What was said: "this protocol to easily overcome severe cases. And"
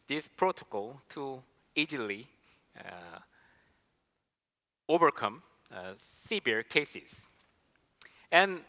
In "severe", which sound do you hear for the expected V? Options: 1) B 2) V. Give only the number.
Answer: 1